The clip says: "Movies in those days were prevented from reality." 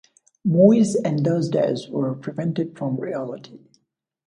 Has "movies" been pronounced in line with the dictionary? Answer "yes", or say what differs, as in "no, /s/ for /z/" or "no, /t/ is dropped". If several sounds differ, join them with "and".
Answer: no, /v/ is dropped